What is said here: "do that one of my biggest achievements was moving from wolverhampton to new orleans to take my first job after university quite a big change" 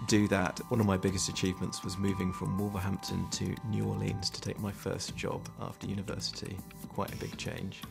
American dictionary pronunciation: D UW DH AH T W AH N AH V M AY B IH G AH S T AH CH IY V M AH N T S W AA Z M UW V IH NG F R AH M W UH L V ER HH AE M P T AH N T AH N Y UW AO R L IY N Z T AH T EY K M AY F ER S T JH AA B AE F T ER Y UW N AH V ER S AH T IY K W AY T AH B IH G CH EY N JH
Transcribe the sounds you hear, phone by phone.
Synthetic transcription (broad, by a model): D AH DH AH T W AH N AH V M AY B IH G AH S T AH CH IY V M AH N T S W AA Z M UW V IH NG F R AH M W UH L V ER HH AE M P T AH N T AH N Y UW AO L IY N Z T AH T EY K M AY F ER S JH AA B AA F T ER Y UW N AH V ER S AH T IY K W AY T AH B IH G CH EY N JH